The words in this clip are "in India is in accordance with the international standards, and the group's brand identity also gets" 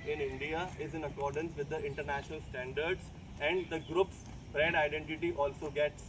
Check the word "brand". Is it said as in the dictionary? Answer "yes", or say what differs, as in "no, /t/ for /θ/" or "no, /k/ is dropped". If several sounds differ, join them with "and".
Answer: no, /n/ is dropped